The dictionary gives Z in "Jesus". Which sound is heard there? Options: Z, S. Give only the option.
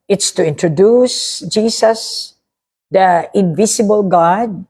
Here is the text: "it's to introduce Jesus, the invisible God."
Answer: S